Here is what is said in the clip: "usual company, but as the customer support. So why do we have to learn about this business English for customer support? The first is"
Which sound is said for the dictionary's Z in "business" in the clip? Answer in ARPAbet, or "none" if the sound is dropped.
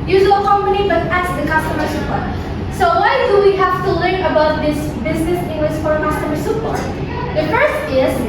Z